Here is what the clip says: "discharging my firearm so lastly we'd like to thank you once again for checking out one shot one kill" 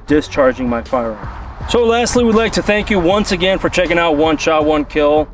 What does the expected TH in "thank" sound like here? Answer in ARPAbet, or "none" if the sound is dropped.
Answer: TH